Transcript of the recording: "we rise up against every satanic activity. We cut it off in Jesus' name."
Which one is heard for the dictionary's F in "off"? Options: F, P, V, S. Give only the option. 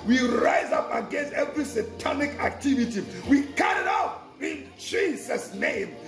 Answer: P